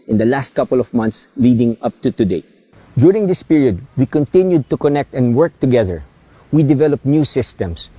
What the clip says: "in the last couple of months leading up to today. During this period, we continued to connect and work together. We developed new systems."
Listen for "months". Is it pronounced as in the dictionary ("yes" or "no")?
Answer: no